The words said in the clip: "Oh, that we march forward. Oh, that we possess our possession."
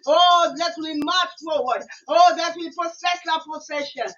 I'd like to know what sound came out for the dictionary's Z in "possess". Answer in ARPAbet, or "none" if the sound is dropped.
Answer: S